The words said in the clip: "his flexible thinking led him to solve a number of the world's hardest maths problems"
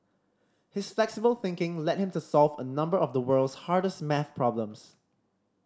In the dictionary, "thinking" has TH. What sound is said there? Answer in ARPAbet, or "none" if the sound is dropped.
TH